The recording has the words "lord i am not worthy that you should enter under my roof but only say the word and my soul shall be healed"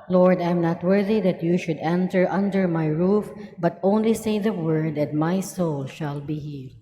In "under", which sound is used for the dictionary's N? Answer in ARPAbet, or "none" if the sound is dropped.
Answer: N